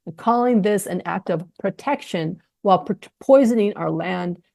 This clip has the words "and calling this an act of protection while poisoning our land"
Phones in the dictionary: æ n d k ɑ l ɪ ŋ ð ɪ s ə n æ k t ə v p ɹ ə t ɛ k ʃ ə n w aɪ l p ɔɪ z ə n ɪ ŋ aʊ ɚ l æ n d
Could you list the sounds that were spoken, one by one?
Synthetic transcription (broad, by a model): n k ɑ l ɪ ŋ ð ɪ s ə n æ k t ə v p ɹ ə t ɛ k ʃ ə n w aɪ l p ɔɪ z ə n ɪ ŋ aʊ ɚ l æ n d